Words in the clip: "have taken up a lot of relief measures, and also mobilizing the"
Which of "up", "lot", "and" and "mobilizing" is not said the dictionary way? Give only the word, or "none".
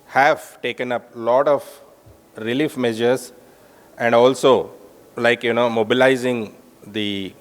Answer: none